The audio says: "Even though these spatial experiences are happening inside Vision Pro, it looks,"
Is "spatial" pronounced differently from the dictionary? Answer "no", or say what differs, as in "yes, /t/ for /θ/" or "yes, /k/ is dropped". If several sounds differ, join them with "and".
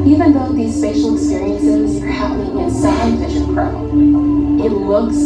yes, /f/ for /p/